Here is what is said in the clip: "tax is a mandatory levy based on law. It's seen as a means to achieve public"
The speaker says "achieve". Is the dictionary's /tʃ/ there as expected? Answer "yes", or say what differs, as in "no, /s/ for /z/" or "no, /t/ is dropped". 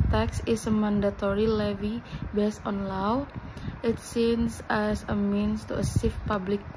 no, /s/ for /tʃ/